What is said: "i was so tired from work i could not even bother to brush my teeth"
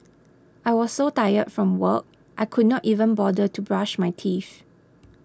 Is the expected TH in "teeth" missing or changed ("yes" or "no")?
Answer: yes